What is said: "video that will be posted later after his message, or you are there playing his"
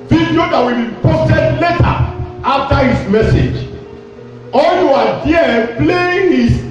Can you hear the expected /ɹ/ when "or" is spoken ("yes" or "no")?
no